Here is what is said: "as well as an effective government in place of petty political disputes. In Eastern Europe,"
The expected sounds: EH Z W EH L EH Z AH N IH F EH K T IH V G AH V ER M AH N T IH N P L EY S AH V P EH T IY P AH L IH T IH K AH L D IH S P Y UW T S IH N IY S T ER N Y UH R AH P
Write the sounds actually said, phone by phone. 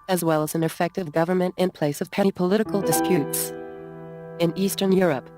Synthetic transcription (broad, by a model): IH Z W EH L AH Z N IH F EH K T IH V G AH V ER M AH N T IH N P L EY S AH V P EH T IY P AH L IH T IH K L D IH S P Y UW T S IH N IY S T ER N Y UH R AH P